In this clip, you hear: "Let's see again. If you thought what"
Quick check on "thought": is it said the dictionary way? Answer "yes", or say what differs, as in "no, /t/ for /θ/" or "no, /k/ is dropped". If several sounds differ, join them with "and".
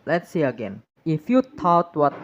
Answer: no, /t/ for /θ/